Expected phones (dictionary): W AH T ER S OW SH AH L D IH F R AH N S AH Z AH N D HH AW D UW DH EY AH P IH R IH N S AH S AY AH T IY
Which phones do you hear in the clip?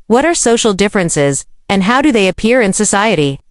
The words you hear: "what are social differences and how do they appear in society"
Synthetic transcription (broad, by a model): W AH T ER S OW SH L D IH F R AH N S AH Z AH N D HH AW D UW DH EY AH P IH R IH N S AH S AY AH T IY